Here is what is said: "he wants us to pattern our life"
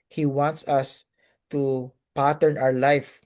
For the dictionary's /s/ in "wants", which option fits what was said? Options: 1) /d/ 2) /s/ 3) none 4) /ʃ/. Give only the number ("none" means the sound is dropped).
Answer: 2